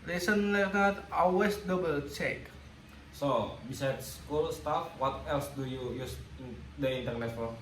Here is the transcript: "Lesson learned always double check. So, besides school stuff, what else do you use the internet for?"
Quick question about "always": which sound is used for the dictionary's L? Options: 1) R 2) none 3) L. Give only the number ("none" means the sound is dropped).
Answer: 2